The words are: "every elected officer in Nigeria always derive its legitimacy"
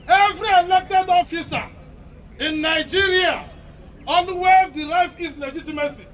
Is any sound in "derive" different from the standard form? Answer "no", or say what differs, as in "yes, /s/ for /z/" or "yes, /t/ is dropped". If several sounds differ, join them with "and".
yes, /f/ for /v/